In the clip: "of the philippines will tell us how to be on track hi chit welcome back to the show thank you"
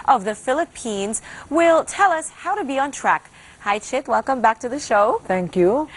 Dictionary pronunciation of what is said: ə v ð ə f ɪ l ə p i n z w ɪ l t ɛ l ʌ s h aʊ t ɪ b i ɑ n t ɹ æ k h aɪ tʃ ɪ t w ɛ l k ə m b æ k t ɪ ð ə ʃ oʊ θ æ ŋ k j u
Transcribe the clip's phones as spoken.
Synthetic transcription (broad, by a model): ə v ð ə f ɪ l ə p i n z w ɪ l t ɛ l ʌ s h aʊ t ɪ b i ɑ n t ɹ æ k h aɪ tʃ ɪ t w ɛ l k ə m b æ k t ɪ ð ə ʃ oʊ θ æ ŋ k j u